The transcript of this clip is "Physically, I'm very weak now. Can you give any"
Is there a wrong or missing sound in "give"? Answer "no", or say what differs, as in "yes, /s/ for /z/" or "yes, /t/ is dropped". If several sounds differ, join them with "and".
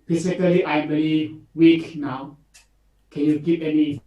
yes, /p/ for /v/